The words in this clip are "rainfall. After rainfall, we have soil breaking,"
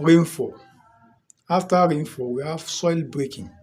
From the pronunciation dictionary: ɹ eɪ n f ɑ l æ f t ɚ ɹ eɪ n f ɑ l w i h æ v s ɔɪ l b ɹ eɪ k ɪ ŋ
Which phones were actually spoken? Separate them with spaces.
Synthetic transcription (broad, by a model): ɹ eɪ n f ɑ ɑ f t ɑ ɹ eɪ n f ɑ w i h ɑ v s ɔɪ l b ɹ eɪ k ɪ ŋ